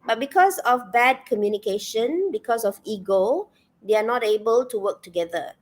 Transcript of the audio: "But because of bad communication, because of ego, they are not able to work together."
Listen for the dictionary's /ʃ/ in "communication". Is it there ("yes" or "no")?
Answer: yes